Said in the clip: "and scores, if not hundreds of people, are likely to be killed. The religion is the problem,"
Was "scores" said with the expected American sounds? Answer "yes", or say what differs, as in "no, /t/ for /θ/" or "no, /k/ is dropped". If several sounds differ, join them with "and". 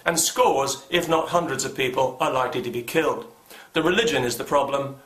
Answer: yes